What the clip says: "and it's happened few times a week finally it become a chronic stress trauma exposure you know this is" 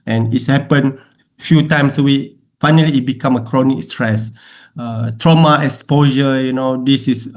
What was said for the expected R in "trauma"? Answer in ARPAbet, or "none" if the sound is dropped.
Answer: R